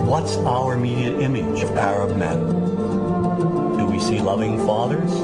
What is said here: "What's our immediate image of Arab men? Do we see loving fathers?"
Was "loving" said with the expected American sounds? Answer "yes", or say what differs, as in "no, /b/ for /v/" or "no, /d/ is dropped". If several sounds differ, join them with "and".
yes